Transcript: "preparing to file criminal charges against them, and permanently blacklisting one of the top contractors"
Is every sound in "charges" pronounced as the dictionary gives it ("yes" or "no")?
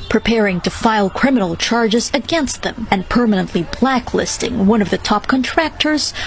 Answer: yes